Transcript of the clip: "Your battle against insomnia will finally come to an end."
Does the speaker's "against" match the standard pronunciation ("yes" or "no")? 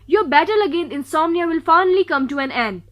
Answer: no